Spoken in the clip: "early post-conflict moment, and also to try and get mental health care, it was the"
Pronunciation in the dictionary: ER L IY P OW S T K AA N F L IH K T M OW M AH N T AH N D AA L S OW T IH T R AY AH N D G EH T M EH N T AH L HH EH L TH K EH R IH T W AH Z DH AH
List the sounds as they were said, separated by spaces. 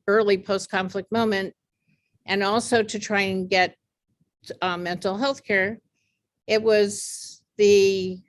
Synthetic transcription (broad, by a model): ER L IY P OW S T K AA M F L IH K T M OW M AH N T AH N AA L S OW T IH T R AY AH N G EH T M EH N T L HH EH L TH K EH R IH T W AH Z DH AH